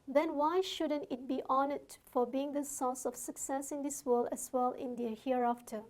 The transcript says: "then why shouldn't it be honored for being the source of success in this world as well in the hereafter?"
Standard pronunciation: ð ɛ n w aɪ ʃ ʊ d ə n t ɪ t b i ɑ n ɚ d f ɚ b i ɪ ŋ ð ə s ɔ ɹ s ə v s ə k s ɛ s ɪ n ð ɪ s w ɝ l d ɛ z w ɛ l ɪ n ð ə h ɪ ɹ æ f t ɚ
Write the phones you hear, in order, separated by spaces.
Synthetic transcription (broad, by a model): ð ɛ n w aɪ ʃ ʊ d ə n t ɪ t b i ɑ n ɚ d f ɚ b i ɪ ŋ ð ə s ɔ s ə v s ə k s ɛ s ɪ n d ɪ s w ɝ l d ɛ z w ɛ l ɪ n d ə h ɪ ɹ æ f t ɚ